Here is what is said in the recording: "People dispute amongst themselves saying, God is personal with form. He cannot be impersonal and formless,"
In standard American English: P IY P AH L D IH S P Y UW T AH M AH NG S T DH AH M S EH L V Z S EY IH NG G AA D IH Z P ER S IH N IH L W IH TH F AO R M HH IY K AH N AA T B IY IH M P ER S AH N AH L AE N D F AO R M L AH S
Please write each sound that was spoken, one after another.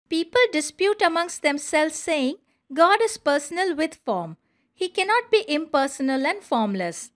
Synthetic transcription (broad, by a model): P IY P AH L D IH S P Y UW T AH M AH NG S T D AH M S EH L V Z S EY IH NG G AA D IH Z P ER S IH N IH L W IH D F AO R M HH IY K AH N AA T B IY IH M P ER S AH N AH L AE N D F AO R M L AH S